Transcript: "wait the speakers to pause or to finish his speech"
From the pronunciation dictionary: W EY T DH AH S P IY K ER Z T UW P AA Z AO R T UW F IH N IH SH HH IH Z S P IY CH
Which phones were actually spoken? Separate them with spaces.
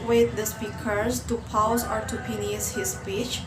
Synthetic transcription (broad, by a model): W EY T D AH S P IY K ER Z T UW P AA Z AO R T UW P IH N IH S HH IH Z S P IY CH